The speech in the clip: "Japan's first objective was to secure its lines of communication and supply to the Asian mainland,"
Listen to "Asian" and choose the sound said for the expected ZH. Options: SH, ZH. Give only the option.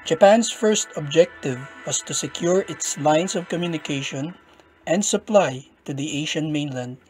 SH